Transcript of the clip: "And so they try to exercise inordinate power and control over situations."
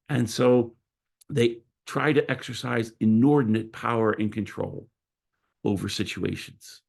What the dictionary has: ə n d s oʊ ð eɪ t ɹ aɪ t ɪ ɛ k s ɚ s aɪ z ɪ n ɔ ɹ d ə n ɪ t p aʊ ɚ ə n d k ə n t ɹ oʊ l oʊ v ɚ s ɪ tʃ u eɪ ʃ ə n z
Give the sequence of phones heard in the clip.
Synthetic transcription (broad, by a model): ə n s oʊ ð eɪ t ɹ aɪ t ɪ ɛ k s ɚ s aɪ z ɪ n ɔ ɹ d n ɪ t p aʊ ɚ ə n k ə n t ɹ oʊ l oʊ v ɚ s ɪ tʃ u eɪ ʃ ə n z